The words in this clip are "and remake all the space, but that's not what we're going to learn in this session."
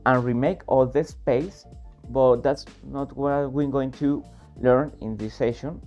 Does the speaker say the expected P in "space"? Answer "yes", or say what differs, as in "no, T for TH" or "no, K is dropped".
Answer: yes